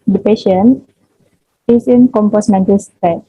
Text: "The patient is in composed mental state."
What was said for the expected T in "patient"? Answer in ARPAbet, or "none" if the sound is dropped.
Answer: none